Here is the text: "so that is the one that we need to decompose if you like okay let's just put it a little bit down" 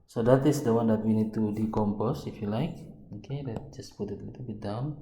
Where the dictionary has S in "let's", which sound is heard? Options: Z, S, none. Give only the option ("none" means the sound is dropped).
none